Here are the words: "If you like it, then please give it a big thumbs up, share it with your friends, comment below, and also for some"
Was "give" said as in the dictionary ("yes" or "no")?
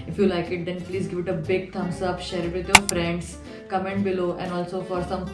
yes